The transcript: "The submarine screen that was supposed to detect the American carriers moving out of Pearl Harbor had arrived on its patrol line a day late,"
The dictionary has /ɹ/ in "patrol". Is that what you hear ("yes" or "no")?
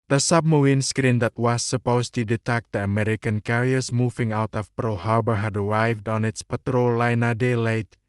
yes